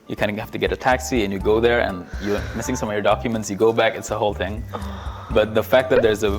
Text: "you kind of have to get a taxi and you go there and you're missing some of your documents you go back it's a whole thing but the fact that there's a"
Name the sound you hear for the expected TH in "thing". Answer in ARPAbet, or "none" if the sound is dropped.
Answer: TH